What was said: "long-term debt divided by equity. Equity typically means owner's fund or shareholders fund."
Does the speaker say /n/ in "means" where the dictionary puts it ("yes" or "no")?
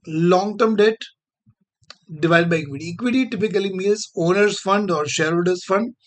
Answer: no